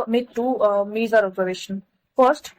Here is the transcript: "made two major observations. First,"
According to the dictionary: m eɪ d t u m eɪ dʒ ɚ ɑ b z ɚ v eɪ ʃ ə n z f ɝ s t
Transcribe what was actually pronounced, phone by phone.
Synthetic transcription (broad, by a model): m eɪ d t u m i z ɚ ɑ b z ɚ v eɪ ʃ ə n f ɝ s t